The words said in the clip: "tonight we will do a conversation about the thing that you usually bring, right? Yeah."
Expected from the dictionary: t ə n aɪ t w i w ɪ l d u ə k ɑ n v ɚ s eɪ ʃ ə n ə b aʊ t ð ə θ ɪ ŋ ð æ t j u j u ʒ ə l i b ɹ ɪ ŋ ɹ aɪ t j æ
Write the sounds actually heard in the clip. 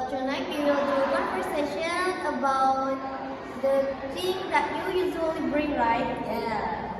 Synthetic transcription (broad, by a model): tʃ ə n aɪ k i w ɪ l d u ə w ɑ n p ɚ s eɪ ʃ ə n ə b aʊ t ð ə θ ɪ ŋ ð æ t j u j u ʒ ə l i b ɹ ɪ ŋ ɹ aɪ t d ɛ